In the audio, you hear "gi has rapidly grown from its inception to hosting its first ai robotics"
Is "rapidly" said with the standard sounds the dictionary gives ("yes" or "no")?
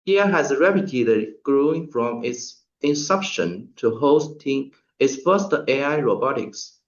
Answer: no